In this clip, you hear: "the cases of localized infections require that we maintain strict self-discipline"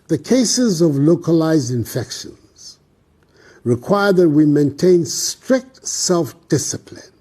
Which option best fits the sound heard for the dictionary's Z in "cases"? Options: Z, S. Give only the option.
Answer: Z